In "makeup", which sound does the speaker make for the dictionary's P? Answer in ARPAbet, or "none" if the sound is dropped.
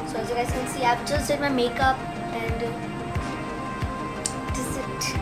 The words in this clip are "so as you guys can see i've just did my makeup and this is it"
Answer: P